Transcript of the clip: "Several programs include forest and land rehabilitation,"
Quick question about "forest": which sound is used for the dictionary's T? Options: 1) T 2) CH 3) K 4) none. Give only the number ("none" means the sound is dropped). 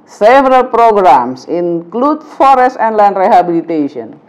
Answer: 1